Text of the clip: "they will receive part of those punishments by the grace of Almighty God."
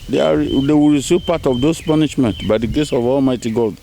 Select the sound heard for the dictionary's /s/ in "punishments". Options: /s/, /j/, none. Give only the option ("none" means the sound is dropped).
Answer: none